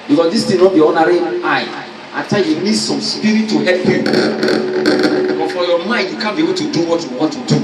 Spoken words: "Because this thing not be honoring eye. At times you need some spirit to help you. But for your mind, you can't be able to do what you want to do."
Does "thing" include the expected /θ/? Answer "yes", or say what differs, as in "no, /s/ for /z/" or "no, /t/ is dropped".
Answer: no, /t/ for /θ/